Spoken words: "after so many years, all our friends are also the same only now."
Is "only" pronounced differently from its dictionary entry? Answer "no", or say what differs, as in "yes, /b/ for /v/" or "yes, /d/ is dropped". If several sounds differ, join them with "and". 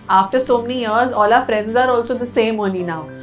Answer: yes, /l/ is dropped